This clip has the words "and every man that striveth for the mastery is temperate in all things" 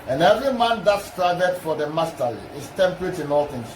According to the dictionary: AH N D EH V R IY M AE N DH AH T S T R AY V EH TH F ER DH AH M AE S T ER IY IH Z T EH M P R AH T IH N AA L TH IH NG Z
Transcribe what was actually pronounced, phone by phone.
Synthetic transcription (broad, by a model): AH N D EH V R IY M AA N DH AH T S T R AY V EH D F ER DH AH M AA S T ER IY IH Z T EH M P R AH T IH N AA L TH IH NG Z